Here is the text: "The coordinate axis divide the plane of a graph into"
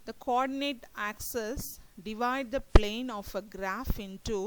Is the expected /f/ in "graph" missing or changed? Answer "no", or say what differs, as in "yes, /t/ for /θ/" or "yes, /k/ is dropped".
no